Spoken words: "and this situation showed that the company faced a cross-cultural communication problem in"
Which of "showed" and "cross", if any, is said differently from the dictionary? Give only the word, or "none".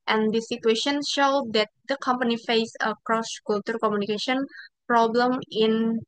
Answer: none